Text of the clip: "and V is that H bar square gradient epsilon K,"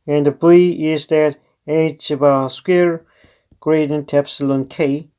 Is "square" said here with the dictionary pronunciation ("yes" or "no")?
yes